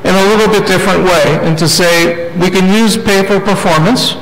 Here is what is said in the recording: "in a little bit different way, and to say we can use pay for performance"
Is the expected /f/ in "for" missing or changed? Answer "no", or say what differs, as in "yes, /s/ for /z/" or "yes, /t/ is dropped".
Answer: yes, /p/ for /f/